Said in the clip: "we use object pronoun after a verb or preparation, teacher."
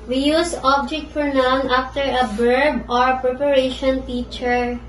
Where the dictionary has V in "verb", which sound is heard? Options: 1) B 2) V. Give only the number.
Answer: 1